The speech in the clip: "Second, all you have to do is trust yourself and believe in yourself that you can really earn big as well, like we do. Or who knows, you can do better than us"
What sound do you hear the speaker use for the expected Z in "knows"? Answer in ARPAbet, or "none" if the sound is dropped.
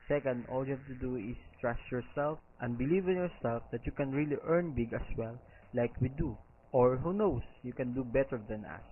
S